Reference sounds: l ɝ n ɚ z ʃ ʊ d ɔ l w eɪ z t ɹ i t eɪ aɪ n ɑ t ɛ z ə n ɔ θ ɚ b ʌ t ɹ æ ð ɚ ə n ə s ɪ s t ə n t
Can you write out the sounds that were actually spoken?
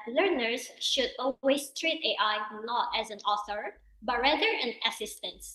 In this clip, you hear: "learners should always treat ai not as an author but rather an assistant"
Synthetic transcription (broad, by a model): l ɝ n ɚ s ʃ ʊ d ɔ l w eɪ s t ɹ i t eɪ aɪ n ɑ t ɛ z ə n ɔ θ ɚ b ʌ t ɹ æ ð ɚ ə n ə s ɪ s t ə n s